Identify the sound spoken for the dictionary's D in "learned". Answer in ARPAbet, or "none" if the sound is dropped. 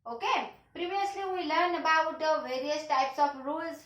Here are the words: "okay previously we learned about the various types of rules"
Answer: none